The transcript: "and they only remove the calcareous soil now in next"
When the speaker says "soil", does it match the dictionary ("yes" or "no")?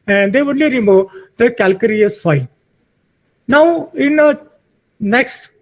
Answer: no